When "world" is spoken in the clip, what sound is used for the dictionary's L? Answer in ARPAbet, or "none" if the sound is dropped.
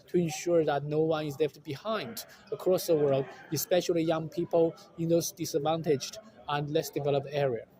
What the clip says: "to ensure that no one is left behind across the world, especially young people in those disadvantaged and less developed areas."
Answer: L